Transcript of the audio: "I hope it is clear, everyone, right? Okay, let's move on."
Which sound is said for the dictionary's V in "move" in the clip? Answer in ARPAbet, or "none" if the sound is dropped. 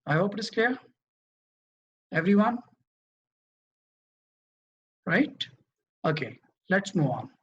none